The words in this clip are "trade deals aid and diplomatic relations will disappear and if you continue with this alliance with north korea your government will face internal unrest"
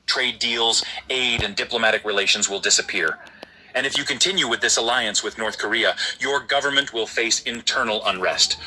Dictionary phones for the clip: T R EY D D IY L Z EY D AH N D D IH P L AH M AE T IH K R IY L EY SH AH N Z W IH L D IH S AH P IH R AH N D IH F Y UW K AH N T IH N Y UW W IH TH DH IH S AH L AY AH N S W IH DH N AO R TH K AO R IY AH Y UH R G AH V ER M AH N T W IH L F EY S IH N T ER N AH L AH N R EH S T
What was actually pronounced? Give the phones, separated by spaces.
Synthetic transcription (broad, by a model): T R EY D D IY L Z EY D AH N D D IH P L AH M AE T IH K R IY L EY SH AH N Z W IH L D IH S AH P IH R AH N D IH F Y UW K AH N T IH N Y UW W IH DH IH S AH L AY AH N S W IH DH N AO R TH K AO R IY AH Y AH R G AH V ER M AH N T W IH L F EY S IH N T ER N L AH N R EH S T